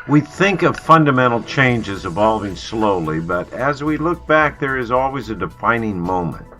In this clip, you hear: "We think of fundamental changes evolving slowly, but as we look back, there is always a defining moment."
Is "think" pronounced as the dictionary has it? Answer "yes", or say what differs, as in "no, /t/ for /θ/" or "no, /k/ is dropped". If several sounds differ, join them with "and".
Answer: yes